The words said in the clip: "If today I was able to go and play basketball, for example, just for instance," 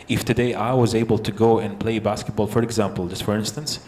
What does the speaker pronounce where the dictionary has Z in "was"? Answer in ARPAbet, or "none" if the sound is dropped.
Z